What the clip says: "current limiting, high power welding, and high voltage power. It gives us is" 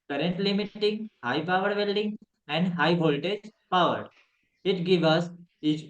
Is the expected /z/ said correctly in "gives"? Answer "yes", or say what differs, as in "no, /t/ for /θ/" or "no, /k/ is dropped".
no, /z/ is dropped